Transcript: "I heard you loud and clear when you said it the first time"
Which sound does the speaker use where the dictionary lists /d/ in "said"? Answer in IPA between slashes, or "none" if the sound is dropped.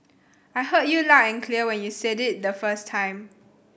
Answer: /d/